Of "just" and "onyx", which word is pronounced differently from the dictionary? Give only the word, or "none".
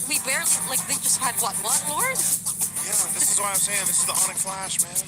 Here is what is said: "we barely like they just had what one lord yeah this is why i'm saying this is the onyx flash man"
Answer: onyx